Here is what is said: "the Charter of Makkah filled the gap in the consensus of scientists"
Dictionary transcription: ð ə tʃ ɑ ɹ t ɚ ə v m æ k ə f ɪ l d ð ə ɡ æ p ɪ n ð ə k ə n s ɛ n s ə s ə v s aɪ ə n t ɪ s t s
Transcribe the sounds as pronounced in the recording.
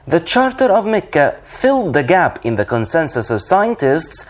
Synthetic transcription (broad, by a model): ð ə tʃ ɑ ɹ t ɚ ə v m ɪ k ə f ɪ l d ð ə ɡ æ p ɪ n ð ə k ə n s ɛ n s ə s ə v s aɪ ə n t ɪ s t s